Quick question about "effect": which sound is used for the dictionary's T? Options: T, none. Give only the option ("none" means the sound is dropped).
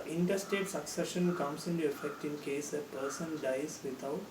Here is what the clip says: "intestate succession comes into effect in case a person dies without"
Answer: T